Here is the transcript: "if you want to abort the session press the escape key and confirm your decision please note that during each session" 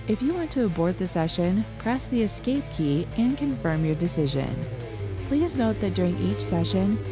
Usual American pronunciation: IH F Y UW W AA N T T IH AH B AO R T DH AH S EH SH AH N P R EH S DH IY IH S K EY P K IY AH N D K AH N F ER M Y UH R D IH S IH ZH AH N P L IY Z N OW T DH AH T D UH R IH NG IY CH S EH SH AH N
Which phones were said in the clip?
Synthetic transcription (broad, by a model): IH F Y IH W AA N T T IH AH B AO R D DH AH S EH SH AH N P R EH S DH IY IH S K EY P K IY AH N K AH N F ER M Y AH R D IH S IH ZH AH N P L IY Z N OW T DH AH T D UH R IH NG IY CH S EH SH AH N